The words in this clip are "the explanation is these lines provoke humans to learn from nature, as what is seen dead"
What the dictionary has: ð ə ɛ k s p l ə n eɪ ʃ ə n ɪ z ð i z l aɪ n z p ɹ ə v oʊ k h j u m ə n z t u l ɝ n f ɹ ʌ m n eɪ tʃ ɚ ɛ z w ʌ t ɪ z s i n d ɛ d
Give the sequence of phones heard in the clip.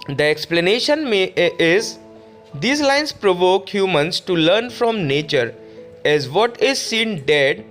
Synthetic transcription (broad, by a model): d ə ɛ k s p l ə n eɪ ʃ ə n ɪ z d i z l aɪ n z p ɹ ə v oʊ k h j u m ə n s t u l ɝ n f ɹ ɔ m n eɪ tʃ ɚ ɛ z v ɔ t ɪ z s i n d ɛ d